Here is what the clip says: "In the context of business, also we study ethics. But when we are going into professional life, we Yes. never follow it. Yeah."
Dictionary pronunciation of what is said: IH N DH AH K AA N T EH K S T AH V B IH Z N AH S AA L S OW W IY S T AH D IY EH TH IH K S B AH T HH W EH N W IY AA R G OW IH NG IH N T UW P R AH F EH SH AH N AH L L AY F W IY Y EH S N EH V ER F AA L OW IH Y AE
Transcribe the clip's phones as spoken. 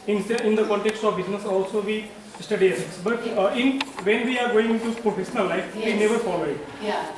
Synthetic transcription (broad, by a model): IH N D AH K AA N T EH K S T AH V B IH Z N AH S AA L S OW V IY S T AH D IY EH S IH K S B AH T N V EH N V IY AA R G OW IH NG IH N T UW P R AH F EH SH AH N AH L L AY F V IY N EH V ER F AA L OW IH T